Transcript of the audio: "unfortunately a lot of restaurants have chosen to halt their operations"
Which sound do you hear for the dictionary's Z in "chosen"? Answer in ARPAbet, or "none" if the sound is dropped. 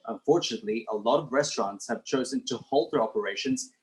Z